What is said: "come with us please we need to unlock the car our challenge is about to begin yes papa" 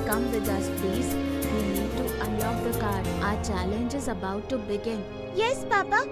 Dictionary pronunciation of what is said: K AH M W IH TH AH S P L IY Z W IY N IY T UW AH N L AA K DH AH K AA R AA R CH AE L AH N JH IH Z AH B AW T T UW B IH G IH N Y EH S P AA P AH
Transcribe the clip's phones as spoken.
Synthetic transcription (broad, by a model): K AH M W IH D AH S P IY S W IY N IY T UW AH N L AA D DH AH K AA R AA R CH AE L AH N JH IH Z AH B AW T T UW B IH G IH N Y EH S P AA P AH